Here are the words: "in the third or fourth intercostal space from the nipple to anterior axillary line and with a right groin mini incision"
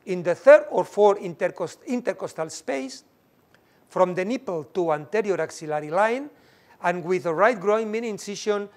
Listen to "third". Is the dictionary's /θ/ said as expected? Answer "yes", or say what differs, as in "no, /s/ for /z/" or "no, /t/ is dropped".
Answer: yes